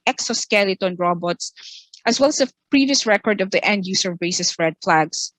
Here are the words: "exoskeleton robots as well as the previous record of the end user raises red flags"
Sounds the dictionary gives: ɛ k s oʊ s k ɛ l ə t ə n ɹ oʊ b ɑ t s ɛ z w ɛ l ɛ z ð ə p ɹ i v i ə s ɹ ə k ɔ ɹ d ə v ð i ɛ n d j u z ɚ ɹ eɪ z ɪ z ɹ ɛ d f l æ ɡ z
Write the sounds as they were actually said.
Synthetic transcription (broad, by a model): ɛ k s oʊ s k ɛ l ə t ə n ɹ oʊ b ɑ t s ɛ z w ɛ l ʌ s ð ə p ɹ i v i ə s ɹ ə k ɔ ɹ d ə v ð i ɛ n d j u s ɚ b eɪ s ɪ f ɹ ɛ d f l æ ɡ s